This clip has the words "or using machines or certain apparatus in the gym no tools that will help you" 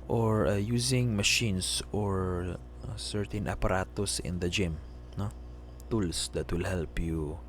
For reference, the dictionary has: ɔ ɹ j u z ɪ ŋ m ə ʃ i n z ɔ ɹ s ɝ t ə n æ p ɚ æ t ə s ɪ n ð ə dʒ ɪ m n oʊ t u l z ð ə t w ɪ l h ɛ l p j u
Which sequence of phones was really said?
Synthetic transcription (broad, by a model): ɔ ɹ j u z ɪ ŋ m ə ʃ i n s ɔ ɹ s ɝ t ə n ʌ p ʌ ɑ t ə s ɪ n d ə dʒ ɪ m n oʊ t u l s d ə t w ɪ l h ɛ l p j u